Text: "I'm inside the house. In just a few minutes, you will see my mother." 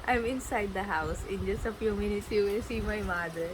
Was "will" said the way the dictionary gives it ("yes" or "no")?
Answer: no